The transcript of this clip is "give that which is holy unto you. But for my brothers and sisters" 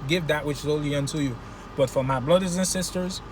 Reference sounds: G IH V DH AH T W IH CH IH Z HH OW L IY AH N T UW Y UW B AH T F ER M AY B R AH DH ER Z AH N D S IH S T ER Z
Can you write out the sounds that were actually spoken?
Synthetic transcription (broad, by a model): G IH V DH AH T W IH CH IH Z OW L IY AH N T UW Y UW B AH T F ER M AY B L AH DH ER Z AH N S IH S T ER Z